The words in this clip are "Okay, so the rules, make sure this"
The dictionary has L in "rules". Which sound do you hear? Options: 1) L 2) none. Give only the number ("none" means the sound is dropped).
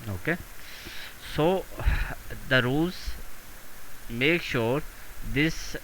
2